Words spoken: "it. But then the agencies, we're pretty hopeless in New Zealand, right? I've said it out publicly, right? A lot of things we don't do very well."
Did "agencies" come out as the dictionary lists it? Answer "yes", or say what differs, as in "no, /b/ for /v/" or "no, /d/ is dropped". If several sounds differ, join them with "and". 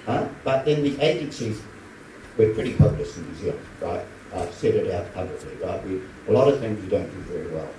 yes